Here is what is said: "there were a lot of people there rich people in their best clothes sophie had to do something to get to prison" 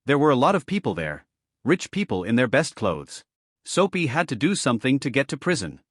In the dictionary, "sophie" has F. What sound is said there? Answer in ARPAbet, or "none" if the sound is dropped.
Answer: P